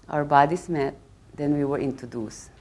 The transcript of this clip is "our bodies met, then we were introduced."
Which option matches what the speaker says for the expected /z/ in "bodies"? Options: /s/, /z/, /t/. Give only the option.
/s/